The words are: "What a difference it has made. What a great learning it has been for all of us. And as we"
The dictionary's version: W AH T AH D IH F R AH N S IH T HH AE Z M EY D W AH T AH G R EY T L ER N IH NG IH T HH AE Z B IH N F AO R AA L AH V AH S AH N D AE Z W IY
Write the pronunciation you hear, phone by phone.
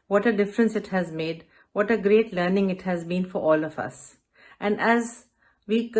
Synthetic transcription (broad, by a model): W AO T AH D IH F R AH N S IH T HH AE Z M EY D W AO T AH G R EY T L ER N IH NG IH T HH AE Z B IH N F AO R AA L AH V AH S AH N D AE Z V IY